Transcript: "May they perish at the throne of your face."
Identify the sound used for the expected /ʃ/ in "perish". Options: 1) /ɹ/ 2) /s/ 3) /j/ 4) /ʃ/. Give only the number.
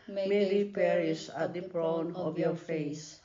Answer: 2